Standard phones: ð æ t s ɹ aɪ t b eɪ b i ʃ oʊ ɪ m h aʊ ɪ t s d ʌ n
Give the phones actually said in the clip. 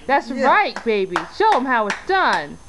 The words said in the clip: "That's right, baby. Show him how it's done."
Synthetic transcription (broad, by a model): ð æ t s ɹ aɪ t b eɪ b i ʃ oʊ ɪ m h aʊ ɪ t s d ʌ n